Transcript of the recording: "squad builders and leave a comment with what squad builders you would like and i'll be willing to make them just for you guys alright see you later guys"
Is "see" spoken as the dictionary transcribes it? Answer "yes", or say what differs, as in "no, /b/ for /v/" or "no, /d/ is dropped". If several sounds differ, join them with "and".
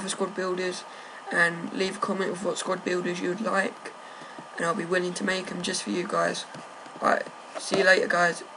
yes